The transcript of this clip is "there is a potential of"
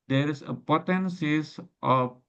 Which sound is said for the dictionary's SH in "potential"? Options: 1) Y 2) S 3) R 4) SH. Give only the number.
2